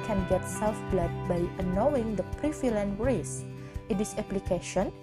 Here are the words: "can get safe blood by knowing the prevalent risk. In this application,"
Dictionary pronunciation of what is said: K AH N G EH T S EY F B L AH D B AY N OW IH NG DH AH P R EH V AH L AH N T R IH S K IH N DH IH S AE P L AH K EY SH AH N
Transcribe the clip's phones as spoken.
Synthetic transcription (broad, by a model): K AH N G EH T S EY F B L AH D B AY N OW IH NG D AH P R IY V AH L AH N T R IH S IH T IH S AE P L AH K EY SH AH N